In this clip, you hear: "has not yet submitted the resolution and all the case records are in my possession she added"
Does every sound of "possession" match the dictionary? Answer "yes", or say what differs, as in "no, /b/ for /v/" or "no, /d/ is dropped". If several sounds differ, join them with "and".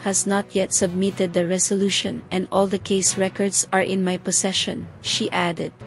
no, /s/ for /z/